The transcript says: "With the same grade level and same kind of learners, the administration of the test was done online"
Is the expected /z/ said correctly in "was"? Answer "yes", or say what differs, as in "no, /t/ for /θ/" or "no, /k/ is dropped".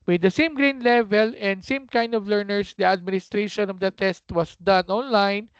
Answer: no, /s/ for /z/